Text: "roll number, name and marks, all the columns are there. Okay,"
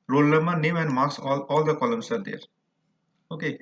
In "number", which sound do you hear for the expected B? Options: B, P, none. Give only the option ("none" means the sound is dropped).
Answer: none